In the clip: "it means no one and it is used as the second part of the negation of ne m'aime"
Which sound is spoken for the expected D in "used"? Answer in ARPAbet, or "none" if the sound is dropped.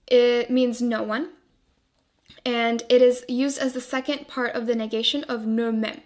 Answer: D